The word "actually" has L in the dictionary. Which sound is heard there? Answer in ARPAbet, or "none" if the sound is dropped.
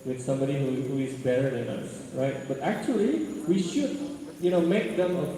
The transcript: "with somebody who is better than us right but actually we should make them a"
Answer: L